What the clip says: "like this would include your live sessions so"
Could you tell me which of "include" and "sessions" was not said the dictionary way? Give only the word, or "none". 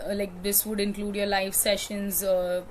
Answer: none